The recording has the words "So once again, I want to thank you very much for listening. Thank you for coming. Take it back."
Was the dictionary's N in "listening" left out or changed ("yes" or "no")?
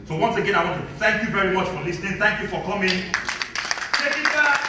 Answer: no